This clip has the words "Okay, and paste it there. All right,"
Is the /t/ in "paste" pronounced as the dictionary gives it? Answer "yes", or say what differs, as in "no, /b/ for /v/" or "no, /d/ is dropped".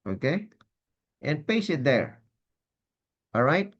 no, /t/ is dropped